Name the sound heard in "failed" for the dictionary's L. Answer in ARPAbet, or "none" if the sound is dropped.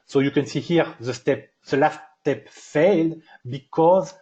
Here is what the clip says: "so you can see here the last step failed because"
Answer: L